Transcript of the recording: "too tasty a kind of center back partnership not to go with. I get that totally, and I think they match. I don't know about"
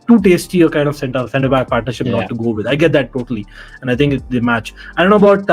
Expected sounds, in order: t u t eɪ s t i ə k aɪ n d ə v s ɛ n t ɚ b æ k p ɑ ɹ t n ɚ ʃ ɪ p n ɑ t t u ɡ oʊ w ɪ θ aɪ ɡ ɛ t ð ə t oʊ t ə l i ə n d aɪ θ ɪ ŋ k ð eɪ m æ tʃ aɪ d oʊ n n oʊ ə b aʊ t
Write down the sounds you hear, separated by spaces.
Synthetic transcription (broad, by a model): t u t eɪ s t i ə k aɪ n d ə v s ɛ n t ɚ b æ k p ɑ ɹ t n ɚ ʃ ɪ p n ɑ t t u ɡ oʊ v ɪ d aɪ ɡ ɛ t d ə t oʊ t ə l i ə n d aɪ t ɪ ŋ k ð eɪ m æ tʃ aɪ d oʊ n n oʊ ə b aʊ t